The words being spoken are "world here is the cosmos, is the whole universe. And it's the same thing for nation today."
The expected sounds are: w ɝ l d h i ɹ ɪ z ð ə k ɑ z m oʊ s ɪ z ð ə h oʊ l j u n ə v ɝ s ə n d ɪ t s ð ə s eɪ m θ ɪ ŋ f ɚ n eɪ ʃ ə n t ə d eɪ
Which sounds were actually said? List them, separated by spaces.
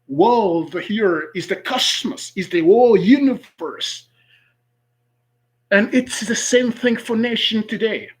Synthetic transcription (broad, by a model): w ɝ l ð h i ɹ ɪ z ð ə k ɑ s m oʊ s ɪ z ð ə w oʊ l j u n ə v ɝ s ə n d ɪ t s ð ə s eɪ m θ ɪ ŋ f ɚ n eɪ ʃ ə n t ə d eɪ